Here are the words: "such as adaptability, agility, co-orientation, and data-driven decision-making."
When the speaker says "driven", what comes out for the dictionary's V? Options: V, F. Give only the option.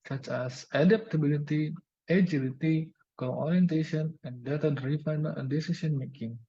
F